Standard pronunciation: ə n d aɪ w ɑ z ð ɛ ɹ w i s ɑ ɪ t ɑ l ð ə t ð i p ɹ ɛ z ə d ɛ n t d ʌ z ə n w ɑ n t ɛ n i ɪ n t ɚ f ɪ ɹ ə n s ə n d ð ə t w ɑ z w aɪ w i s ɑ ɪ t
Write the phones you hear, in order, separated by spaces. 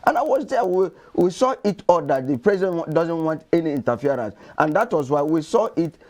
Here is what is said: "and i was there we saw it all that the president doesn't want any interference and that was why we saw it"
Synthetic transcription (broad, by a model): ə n aɪ w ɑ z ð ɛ w w i s ɑ ɪ t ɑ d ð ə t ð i p ɹ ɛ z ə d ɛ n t d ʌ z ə n w ɑ n t ɛ n i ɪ n t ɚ f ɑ ɹ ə n s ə n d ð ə t w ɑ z w aɪ w i s ɑ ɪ t